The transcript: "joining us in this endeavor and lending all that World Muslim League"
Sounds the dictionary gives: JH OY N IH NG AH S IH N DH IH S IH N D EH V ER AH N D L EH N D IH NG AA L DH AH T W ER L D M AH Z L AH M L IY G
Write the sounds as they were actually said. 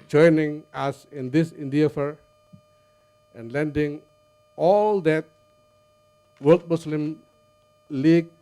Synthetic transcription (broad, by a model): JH OY N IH NG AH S IH N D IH S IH N D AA F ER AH N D L EH N D IH NG AA L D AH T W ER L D M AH S L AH M L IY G